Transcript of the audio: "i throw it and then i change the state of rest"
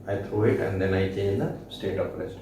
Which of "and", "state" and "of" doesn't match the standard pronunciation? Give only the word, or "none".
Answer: of